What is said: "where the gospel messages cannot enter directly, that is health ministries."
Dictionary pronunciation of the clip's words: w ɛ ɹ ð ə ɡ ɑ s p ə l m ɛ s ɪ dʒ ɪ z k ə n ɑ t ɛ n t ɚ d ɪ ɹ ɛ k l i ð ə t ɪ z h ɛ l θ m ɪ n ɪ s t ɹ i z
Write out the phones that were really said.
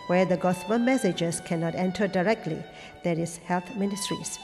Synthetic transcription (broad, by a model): w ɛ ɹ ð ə ɡ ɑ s b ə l m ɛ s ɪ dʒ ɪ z k ə n ɑ t ɛ n t ɚ d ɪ ɹ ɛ k l i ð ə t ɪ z h ɛ l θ m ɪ n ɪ s t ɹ i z